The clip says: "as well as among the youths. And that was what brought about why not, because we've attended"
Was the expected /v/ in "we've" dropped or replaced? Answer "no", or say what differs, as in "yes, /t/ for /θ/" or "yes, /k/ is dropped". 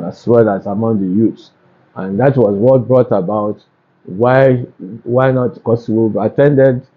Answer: yes, /v/ is dropped